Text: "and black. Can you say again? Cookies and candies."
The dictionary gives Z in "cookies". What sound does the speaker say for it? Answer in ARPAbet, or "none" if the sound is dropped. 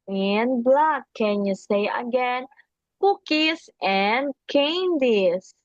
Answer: S